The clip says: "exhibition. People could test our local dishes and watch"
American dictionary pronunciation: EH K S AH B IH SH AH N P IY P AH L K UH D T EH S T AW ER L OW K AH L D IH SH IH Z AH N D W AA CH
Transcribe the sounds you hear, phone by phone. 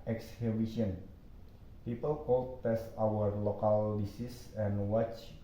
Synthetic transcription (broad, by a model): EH K S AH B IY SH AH N P IY P AH L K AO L T EH S T AW ER L OW K AH L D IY S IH S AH N W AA CH